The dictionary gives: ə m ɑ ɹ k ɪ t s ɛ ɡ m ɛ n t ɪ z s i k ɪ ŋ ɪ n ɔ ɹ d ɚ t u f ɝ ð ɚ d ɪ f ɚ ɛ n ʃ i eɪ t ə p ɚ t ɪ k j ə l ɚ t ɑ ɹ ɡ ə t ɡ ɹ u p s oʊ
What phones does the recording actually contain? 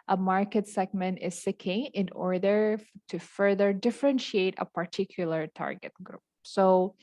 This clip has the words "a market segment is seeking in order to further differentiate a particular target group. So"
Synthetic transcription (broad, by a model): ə m ɑ ɹ k ɪ t s ɛ ɡ m ɛ n t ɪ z s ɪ k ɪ ŋ ɪ n ɔ ɹ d ɚ t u f ɝ ð ɚ d ɪ f ɚ ɛ n ʃ i eɪ t ə p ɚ t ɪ k j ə l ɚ t ɑ ɹ ɡ ə t ɡ ɹ u p s oʊ